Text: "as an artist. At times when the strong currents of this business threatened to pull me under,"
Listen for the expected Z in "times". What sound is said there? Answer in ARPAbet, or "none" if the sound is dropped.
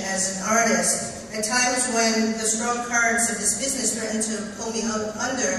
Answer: Z